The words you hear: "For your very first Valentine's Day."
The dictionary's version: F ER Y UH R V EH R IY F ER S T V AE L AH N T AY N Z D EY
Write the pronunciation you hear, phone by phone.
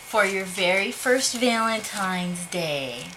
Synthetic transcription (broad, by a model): F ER Y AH R V EH R IY F ER S T V AE L AH N T AY N Z D EY